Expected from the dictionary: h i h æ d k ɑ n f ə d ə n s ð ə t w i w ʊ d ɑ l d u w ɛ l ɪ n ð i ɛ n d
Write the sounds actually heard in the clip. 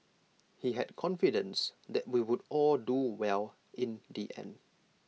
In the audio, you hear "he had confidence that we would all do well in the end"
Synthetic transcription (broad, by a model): h i h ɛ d k ɑ n f ə d ə n s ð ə t w i w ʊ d ɑ l d u w ɛ l ɪ n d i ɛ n